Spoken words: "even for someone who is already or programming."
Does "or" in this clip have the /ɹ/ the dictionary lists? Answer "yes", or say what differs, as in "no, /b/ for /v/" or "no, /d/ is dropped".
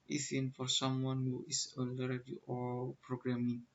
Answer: no, /l/ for /ɹ/